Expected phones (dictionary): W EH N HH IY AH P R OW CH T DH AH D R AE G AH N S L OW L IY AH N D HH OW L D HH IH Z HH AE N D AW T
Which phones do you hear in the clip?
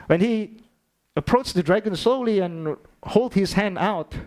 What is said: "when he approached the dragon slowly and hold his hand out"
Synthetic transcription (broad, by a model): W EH N HH IY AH P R OW CH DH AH D R AE G AH N S L OW L IY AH N HH OW L D HH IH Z HH AE N D AW T